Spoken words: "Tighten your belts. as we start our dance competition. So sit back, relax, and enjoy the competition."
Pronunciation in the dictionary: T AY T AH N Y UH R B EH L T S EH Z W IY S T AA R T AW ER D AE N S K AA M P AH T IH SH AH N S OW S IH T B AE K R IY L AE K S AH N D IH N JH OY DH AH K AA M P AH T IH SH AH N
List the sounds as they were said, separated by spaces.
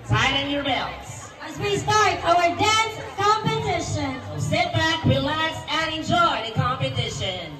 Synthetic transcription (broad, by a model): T AY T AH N Y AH R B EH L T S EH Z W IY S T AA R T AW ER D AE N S K AA M P AH T IH SH AH N S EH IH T B AE K W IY L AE S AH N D IH N JH OY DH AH K AA M P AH T IH SH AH N